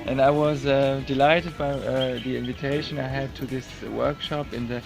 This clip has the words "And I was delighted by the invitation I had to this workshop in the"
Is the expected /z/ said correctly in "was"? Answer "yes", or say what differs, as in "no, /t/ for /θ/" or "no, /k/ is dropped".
yes